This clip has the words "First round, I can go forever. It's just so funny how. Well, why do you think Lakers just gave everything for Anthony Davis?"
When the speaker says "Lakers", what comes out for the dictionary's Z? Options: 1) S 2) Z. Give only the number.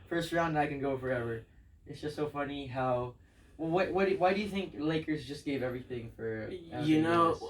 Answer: 2